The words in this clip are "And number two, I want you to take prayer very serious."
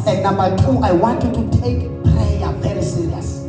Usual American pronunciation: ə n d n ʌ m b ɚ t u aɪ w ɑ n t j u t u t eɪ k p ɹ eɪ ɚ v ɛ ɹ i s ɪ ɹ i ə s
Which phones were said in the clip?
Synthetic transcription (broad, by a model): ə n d n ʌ m b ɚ t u aɪ w ɑ n t j u t u t eɪ k p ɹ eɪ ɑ p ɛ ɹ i s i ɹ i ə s